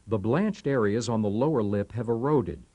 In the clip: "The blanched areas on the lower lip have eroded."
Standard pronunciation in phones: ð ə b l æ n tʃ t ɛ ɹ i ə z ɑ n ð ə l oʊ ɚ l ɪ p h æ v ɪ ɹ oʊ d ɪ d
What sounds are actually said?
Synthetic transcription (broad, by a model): ð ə b l æ n tʃ t ɛ ɹ i ə z n ð ə l oʊ ɚ l ɪ p h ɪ v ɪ ɹ oʊ d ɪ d